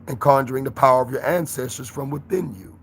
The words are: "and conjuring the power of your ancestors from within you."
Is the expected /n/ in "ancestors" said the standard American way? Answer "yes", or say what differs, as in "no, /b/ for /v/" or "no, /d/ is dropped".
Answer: yes